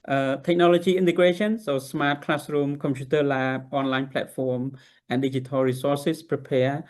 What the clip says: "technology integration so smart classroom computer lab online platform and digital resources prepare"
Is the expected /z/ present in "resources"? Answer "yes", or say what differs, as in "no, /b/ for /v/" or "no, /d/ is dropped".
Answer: no, /s/ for /z/